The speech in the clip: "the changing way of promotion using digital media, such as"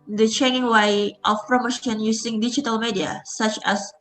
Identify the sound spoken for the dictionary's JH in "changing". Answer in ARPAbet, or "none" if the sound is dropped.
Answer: none